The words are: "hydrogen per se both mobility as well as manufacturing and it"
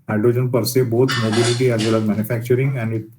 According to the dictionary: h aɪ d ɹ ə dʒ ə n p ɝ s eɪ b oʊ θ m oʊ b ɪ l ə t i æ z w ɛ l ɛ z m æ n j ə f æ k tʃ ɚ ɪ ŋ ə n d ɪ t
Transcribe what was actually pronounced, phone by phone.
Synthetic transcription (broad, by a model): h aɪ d ɹ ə dʒ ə n p ɝ s eɪ b oʊ t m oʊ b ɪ l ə t i æ z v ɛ l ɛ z m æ n j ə f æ k tʃ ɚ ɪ ŋ ə n d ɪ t